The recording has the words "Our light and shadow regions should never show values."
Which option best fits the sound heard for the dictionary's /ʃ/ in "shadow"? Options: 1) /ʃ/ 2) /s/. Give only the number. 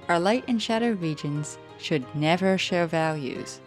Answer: 1